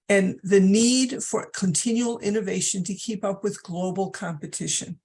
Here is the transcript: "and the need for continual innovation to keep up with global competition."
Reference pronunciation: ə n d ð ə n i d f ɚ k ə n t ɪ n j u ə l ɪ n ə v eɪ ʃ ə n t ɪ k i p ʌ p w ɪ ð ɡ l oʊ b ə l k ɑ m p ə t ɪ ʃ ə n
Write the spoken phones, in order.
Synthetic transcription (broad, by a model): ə n ð ə n i d f ɚ k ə n t ɪ n j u l ɪ n ə v eɪ ʃ ə n t ɪ k i p ʌ p w ɪ ð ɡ l oʊ b l k ɑ m p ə t ɪ ʃ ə n